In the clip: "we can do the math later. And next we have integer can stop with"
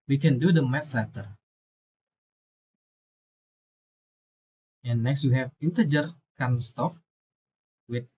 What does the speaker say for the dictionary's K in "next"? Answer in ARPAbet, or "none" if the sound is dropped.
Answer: K